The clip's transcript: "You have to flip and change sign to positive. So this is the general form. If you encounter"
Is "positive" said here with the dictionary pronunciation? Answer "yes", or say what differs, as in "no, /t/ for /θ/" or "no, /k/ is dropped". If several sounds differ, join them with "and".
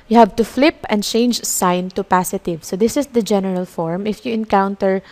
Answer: no, /s/ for /z/